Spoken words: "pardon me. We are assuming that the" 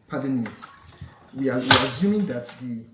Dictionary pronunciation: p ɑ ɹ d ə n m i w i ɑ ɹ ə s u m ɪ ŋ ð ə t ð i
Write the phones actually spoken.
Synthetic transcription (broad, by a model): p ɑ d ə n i w i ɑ w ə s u m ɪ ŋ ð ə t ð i